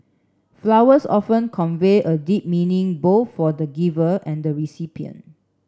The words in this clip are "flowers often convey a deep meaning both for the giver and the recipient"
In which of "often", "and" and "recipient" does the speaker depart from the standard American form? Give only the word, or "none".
recipient